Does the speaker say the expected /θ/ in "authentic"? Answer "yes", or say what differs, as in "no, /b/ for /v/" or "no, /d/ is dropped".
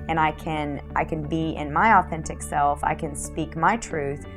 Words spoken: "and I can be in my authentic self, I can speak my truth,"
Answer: yes